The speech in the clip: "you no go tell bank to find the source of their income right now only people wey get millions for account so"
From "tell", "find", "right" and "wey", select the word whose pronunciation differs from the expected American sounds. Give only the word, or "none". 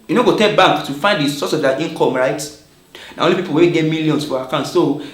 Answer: tell